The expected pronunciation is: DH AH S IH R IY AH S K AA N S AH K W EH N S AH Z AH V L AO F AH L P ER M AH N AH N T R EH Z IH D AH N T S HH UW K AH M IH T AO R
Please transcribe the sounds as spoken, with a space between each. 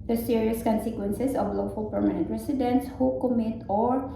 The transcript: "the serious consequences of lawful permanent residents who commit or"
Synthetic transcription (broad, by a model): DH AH S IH R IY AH S K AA N S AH K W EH N S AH S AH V L AO F AH L P ER M AH N AH N T R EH S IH D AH N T S HH UW K AH M IH T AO R